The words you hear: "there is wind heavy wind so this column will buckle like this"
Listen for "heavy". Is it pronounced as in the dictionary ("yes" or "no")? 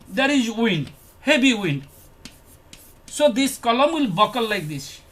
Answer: no